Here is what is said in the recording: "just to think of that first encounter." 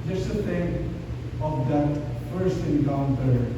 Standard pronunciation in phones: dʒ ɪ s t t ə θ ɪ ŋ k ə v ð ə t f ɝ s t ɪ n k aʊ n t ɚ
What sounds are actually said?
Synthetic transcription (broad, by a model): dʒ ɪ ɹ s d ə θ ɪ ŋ ə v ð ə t f ɝ s t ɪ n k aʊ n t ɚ